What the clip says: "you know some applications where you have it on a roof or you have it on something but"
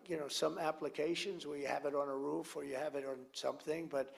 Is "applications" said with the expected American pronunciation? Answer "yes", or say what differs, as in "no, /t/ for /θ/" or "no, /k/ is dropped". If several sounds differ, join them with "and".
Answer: yes